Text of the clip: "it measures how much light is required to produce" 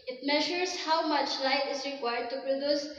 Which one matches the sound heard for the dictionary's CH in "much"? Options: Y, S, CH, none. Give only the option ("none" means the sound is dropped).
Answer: CH